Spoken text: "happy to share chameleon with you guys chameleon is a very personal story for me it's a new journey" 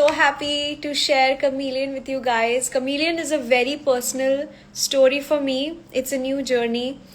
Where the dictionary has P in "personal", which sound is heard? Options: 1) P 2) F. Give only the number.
1